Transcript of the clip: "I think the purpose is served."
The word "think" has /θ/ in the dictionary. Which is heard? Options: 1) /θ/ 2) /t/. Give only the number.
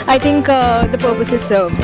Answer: 2